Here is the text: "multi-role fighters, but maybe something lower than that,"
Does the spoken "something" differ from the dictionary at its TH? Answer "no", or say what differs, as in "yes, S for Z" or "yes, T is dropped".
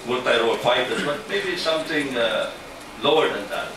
yes, T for TH